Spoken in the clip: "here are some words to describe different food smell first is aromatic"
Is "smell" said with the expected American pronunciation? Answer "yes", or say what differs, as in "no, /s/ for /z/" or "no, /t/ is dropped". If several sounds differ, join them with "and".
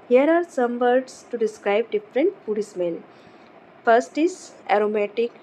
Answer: no, /n/ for /l/